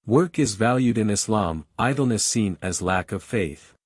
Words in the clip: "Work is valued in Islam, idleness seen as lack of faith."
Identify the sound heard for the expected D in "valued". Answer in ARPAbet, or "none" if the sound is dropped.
D